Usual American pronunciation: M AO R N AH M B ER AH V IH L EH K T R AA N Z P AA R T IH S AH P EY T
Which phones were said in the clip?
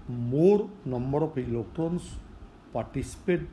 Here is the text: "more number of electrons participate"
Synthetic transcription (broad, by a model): M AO R N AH M B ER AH P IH L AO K T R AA N S P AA R T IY S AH P EY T